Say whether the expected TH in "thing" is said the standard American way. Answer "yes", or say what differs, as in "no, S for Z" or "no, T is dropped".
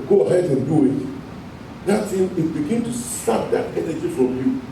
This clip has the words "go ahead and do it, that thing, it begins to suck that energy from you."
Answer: no, S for TH